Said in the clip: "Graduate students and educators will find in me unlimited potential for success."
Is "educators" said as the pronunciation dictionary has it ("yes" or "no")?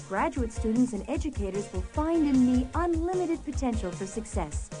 yes